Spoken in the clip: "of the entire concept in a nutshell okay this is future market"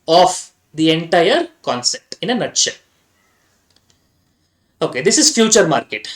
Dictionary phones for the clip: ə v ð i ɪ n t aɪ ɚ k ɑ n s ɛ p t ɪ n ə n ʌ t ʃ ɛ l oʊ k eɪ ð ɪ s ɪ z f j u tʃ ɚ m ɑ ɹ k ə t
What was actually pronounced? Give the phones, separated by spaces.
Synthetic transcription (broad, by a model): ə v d i ɪ n t aɪ ɚ k ɑ n s ɛ p t ɪ n ə n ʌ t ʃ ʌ oʊ k eɪ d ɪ s ɪ z f j u tʃ ɚ m ɑ ɹ k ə t